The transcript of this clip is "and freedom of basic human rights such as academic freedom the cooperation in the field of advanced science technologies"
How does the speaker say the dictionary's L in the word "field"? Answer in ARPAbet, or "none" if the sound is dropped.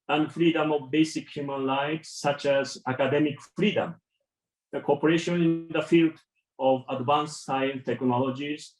L